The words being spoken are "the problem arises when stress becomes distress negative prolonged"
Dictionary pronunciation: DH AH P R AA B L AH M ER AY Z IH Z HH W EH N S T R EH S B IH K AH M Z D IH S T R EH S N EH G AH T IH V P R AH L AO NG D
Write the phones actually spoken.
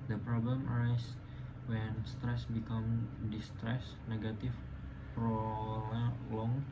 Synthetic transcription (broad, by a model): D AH P R AA B L AH M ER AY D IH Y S W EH N S T R EH S B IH K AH M D IH S T R EH S N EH G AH T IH F P R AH L AO NG